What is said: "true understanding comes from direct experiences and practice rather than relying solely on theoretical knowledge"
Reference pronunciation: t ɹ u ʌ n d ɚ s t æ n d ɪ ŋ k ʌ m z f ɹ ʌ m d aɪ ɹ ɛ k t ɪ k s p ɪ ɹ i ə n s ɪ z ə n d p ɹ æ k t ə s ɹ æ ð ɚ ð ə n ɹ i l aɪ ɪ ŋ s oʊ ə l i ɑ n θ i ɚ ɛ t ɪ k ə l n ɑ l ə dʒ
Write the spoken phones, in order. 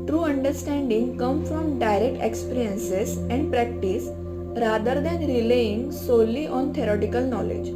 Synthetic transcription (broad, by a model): t ɹ u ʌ n d ɚ s t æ n d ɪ ŋ k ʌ m f ɹ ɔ m d aɪ ɹ ɛ k t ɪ k s p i ɹ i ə n s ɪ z ə n d p ɹ æ k t ə s ɹ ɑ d ɚ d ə n ɹ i l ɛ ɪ ŋ s oʊ l i ɑ n t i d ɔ t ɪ k ə l n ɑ l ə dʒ